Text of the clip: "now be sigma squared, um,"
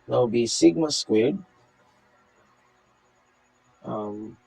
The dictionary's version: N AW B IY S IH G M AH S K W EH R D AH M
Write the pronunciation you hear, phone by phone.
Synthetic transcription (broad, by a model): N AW B IY S IH G M AH S K W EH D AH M